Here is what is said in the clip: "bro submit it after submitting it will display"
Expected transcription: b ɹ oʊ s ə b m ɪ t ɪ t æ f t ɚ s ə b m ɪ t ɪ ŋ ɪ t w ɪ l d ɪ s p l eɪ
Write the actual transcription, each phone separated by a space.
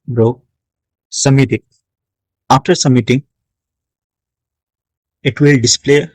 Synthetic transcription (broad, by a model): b ɹ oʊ s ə m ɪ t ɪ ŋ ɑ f t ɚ s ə m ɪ t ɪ ŋ ɪ t w ɪ l d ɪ s p l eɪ